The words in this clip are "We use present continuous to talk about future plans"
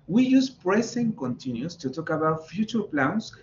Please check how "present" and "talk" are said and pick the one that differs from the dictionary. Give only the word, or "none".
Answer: present